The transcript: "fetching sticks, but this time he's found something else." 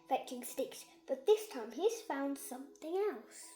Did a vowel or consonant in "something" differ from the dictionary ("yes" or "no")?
no